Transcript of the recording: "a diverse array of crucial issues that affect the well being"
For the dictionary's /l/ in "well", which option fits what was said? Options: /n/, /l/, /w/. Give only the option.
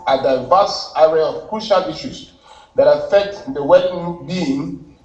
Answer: /n/